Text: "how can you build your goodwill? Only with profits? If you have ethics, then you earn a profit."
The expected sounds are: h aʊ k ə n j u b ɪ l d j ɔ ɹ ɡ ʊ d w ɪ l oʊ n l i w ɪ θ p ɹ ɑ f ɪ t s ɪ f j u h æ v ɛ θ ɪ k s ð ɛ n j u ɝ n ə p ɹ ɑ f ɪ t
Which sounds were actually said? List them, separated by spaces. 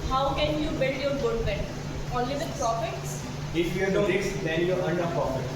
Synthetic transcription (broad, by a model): h aʊ k ə n j u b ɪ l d j ɔ ɹ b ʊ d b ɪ n oʊ n l i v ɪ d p ɹ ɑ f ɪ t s ɪ f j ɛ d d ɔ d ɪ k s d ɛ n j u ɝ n ə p ɹ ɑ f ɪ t